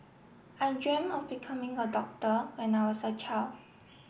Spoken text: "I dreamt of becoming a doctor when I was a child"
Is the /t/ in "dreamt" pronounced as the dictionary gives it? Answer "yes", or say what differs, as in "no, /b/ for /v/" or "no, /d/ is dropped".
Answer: no, /t/ is dropped